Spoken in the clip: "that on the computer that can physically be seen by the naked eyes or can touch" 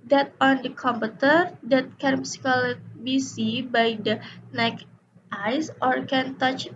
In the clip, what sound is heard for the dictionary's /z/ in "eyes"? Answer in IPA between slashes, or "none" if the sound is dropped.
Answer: /s/